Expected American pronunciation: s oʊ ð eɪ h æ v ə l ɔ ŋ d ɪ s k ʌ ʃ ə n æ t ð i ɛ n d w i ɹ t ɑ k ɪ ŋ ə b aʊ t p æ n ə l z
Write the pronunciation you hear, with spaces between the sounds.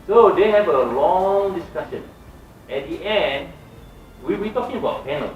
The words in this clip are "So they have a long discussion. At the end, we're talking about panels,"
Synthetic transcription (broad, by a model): s oʊ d eɪ h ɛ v ə l ɔ ŋ d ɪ s k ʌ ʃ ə n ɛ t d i ɛ n d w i w t ɑ k ɪ ŋ ə b aʊ t p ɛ n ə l